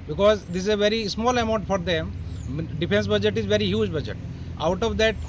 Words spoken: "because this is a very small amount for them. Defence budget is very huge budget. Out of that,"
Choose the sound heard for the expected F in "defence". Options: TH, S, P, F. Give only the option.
P